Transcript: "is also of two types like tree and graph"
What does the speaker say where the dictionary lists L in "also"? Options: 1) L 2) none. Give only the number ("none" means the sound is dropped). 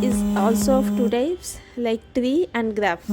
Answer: 1